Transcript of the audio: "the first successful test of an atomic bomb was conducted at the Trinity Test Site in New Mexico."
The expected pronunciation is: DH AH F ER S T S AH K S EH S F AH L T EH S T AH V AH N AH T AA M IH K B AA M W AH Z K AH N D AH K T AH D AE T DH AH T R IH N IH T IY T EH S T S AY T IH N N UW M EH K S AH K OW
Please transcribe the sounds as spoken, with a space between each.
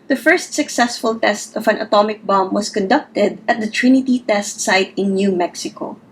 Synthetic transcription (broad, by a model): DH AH F ER S T S AH K S EH S F AH L T EH S T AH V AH N AH T AA M IH K B AA M W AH S K AH N D AH K T AH D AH T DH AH T R IH N IH T IY T EH S T S AY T IH N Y UW M EH K S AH K OW